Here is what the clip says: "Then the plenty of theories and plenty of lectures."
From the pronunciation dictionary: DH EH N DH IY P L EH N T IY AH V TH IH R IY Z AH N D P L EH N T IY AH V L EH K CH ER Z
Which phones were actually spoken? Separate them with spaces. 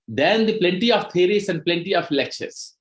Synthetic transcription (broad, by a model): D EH N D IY P L EH N T IY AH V T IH R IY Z AH N D P L EH N T IY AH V L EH K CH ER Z